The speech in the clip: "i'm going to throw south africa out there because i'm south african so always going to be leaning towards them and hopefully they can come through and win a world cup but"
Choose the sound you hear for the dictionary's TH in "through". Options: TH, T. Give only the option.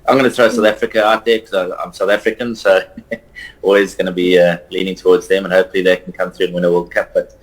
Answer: TH